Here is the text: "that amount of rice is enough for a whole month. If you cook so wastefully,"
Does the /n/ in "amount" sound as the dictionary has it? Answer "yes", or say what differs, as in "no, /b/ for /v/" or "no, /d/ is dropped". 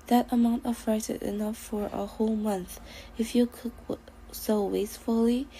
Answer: yes